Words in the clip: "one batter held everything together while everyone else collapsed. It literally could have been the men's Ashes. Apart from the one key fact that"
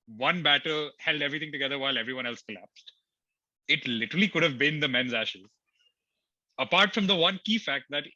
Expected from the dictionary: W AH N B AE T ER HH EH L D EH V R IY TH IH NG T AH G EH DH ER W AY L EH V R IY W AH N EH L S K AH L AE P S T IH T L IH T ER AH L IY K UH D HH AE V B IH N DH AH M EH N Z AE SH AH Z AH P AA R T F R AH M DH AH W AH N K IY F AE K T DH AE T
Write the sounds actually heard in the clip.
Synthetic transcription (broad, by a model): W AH N B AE T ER HH EH L D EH V R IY T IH NG T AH G EH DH ER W AY L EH V R IY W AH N EH L S K AH L AE P S T IH T L IH T ER AH L IY K UH D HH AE V B IH N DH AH M EH N Z AE SH AH Z AH P AA R T F R AH M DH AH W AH N K IY F AE K T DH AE T